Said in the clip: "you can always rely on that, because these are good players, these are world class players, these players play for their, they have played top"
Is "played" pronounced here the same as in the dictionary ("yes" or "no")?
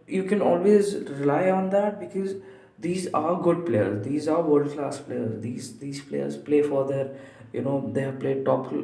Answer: yes